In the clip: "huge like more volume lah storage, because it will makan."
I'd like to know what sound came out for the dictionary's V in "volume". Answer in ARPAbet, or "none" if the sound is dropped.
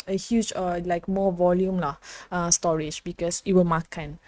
V